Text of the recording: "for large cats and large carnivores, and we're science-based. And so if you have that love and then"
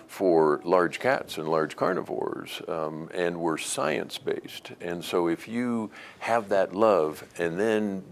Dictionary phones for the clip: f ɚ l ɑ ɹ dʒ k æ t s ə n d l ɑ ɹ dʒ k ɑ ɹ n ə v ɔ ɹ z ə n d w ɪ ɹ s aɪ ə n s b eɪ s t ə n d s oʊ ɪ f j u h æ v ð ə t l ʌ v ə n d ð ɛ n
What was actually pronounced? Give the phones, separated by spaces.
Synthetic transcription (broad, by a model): f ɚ l ɑ ɹ dʒ k æ t s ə n l ɑ ɹ dʒ k ɑ ɹ n ə v ɔ ɹ z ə n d w ɪ ɹ s aɪ ə n s b eɪ s t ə n s oʊ ɪ f j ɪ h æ v ð ə t l ʌ v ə n ð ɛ n